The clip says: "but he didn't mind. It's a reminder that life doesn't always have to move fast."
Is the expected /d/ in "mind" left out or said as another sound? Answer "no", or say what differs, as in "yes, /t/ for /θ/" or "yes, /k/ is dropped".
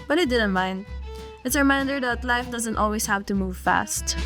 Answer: no